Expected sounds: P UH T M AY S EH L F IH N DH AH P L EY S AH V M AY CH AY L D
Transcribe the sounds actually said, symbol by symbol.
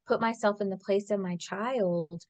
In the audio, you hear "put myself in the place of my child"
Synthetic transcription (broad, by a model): P UH T M AY S EH L F IH N DH AH P L EY S AH V M AY CH AY L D